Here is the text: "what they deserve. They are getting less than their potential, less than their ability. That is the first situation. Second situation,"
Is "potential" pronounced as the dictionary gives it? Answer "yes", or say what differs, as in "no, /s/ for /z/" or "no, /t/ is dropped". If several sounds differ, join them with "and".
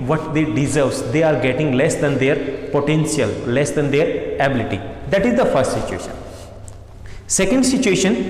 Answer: no, /s/ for /ʃ/